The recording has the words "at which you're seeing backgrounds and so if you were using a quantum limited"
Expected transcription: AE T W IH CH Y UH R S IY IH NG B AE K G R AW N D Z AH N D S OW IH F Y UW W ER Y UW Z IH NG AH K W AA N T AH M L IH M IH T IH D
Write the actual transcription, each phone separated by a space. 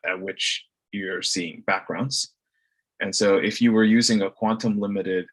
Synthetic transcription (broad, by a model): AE T W IH CH Y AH R S IY IH NG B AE K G R AW N D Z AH N S OW IH F Y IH W ER Y UW Z IH NG AH K W AA N T AH M L IH M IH T IH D